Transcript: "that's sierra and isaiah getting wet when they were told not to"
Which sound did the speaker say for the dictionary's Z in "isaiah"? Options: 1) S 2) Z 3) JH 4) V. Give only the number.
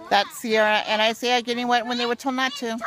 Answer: 1